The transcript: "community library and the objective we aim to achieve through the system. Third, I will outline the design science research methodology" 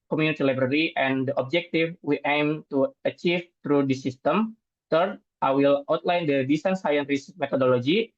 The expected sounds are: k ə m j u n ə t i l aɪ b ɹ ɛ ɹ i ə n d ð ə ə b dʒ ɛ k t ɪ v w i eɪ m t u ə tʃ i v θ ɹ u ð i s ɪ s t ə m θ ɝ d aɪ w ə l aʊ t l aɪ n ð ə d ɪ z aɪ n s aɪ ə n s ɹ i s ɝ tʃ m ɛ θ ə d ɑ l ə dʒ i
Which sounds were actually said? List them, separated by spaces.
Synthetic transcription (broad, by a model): k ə m j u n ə t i l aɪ b ɹ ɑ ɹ i ə n d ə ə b dʒ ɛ k t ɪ f w i eɪ m t u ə tʃ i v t ɹ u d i s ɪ s t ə m t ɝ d aɪ w ə l aʊ t l aɪ n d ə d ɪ s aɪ n s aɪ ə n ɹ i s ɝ m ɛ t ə d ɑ l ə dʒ i